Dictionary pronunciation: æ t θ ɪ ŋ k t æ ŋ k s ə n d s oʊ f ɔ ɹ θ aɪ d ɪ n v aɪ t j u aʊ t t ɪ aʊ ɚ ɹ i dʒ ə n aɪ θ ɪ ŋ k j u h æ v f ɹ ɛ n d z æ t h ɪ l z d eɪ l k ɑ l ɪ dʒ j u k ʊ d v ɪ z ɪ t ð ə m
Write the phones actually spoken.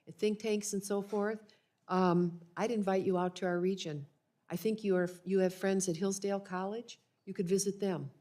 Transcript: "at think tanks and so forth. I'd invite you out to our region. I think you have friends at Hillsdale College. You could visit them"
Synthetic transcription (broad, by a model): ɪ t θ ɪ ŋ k t æ ŋ k s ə n s oʊ f ɔ ɹ θ aɪ d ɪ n v aɪ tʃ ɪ aʊ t t ɪ aʊ ɚ ɹ i dʒ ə n aɪ θ ɪ ŋ k j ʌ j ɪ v f ɹ ɛ n d z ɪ t h ɪ l z d eɪ l k ɑ l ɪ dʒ j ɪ k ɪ d v ɪ z ɪ t ð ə m